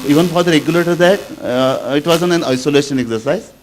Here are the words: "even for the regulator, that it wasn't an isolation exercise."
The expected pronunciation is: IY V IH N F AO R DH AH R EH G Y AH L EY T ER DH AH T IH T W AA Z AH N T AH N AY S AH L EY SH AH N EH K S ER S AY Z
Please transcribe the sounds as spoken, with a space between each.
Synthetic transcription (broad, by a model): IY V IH N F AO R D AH R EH G Y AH L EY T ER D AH T IH T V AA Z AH N AH N AY S AH L EY SH AH N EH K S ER S AY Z